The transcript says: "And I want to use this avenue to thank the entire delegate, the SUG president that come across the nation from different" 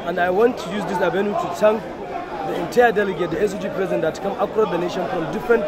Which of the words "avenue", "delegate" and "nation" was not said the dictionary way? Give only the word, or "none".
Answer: avenue